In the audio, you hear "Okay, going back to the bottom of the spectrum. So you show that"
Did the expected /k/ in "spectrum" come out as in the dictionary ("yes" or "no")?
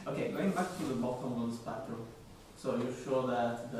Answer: no